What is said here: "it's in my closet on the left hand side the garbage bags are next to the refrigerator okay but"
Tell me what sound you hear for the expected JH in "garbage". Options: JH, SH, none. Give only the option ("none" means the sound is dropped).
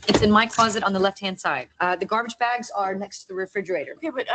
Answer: JH